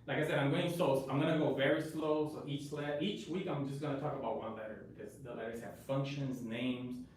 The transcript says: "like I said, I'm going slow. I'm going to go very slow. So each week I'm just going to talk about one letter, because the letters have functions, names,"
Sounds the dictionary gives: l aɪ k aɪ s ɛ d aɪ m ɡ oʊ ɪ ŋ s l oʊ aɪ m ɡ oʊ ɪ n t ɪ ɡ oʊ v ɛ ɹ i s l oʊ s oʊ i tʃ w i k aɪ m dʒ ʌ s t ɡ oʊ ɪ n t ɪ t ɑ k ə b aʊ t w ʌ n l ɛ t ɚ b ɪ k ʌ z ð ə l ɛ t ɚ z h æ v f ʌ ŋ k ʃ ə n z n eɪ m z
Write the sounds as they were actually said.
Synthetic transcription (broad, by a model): l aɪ k aɪ s ɛ d aɪ m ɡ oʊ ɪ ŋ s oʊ aɪ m ɡ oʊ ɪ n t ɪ ɡ oʊ v ɛ ɹ i s l oʊ s oʊ i tʃ w i k aɪ m dʒ ʌ s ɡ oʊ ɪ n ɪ t ɑ k ə b aʊ t w ʌ n l ɛ t ɚ b ɪ k ʌ z ð ə l ɛ t ɚ z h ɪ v f ʌ ŋ k ʃ ə n z n eɪ m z